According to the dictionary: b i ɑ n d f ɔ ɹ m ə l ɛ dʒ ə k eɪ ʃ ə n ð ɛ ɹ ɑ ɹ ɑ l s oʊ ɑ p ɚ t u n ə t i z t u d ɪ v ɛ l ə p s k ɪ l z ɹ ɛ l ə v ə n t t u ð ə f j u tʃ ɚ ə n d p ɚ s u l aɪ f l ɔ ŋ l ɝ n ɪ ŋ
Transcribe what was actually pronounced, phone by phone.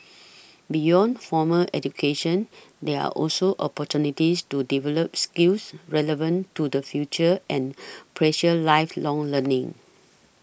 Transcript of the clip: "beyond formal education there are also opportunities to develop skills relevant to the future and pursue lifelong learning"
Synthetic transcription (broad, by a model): b i ɑ n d f ɔ m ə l ɛ dʒ ə k eɪ ʃ ə n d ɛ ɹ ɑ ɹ ɑ l s oʊ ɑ p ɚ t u n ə t i s t u d ɪ v ɛ l ə p s k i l s ɹ ɛ l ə v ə n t t u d ə f j u tʃ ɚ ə n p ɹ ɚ ʃ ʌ l aɪ f l ɔ ŋ l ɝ n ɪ ŋ